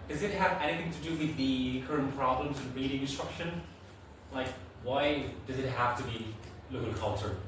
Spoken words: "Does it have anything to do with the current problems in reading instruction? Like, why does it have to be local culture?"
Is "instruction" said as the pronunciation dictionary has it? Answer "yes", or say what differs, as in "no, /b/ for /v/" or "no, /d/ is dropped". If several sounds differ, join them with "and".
yes